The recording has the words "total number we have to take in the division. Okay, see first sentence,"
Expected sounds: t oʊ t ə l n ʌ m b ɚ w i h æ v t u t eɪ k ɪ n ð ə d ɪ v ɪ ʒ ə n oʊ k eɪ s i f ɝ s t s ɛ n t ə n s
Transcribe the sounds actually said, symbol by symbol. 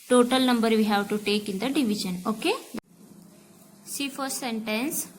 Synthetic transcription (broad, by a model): t oʊ t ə l n ʌ m b ɚ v i h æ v t u t eɪ k ɪ n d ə d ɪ v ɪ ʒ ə n oʊ k eɪ s i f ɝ t s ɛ n t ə n s